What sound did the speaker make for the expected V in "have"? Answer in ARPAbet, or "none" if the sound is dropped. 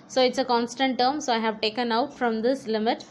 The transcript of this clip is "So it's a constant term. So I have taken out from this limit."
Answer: V